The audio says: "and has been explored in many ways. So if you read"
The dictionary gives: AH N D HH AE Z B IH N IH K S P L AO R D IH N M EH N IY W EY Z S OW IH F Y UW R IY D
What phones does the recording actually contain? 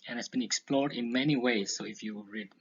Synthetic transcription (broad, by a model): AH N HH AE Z B IH N IH K S P L AO R D IH N M EH N IY W EY Z S OW IH F Y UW R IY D